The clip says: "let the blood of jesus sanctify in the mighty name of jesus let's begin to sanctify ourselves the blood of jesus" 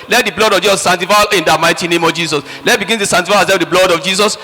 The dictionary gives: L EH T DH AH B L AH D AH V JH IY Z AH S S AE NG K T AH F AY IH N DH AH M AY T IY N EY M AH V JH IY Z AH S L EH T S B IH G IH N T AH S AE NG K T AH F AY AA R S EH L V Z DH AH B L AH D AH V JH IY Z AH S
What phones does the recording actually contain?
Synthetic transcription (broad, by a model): L EH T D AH B L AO D AH V JH IY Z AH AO S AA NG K T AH F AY IH N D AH M AY T IY N EY M AH V JH IY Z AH S L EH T B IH G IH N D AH S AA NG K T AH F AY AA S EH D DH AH B L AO D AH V JH IY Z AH S